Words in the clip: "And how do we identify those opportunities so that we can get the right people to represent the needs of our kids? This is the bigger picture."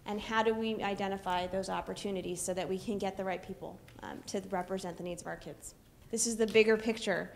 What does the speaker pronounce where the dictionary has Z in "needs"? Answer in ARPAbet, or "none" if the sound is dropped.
Z